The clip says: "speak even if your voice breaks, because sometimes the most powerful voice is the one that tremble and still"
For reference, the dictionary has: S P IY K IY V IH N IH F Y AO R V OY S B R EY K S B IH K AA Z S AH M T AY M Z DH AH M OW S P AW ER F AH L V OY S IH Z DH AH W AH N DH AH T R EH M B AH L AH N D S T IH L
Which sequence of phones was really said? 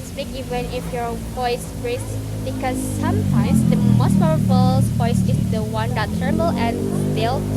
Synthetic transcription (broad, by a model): S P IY K IY V IH N IH F Y AO R V OY S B R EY S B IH K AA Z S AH M T AY M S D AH M OW S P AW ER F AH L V OY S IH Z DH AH W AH N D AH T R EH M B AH L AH N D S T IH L